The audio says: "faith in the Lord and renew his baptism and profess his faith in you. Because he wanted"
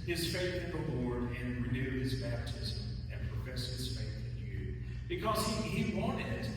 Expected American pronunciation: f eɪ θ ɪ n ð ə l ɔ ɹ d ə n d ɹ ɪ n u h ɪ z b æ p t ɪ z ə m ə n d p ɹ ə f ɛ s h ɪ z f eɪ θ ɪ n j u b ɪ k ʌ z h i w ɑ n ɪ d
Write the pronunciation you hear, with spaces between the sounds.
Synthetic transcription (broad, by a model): f eɪ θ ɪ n ð ə l ɔ ɹ d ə n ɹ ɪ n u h ɪ z b æ p t ɪ z ə m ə n p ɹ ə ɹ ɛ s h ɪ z f eɪ θ ɪ n j u b ɪ k ʌ z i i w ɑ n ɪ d